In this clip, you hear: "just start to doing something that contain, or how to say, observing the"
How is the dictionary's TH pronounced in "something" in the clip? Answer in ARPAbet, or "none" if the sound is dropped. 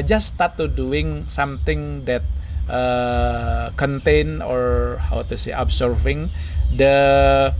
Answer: T